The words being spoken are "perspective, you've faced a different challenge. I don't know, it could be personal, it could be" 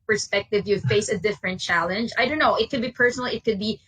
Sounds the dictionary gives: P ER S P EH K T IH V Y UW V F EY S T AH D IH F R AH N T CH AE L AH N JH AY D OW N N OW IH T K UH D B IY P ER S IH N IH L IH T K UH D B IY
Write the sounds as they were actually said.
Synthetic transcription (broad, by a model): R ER S P EH K T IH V Y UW F EY S AH D IH F R AH N T CH AE L AH N JH AY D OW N N OW IH T K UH D B IY P ER S IH N IH L IH T K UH D B IY